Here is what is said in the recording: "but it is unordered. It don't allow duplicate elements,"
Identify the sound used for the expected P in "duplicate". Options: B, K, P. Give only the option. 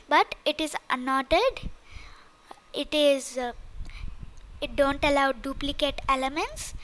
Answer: P